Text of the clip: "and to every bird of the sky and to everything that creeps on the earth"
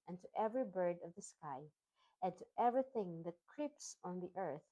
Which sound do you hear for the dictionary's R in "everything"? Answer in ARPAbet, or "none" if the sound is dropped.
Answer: R